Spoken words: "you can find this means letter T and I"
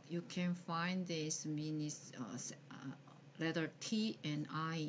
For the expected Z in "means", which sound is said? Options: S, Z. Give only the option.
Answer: S